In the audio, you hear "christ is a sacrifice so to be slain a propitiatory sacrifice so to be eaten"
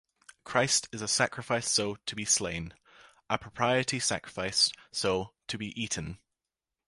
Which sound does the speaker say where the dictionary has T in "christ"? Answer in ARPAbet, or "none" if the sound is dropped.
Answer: T